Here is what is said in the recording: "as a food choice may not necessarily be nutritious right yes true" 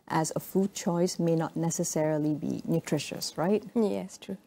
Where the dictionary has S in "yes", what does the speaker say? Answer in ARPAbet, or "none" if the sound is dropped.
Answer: S